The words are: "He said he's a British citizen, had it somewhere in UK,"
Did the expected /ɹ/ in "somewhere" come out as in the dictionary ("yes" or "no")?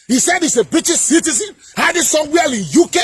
no